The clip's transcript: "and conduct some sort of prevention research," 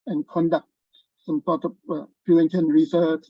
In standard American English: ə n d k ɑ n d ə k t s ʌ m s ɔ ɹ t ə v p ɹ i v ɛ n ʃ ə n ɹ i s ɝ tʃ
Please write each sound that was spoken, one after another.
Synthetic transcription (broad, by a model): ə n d k ɑ n d ə k t s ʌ m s ɔ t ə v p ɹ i ɛ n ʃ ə n ɹ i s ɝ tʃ